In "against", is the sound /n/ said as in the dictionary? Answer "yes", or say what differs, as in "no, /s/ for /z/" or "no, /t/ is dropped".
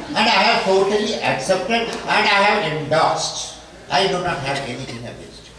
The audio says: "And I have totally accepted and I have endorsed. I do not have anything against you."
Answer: no, /n/ is dropped